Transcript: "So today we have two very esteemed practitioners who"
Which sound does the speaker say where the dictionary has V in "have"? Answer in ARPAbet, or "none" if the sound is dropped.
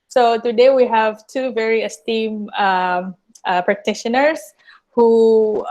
V